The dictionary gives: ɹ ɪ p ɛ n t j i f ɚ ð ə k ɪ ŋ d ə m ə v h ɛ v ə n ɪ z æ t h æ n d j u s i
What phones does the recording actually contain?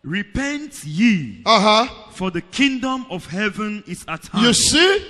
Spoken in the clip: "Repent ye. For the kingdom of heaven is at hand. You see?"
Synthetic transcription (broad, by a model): ɹ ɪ p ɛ n t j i f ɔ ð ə k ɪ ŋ d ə m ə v h ɛ v ə n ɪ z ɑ t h j u s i